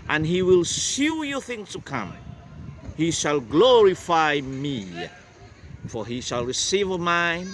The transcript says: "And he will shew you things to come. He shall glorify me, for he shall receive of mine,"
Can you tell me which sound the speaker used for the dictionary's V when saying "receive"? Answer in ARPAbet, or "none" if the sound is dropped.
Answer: V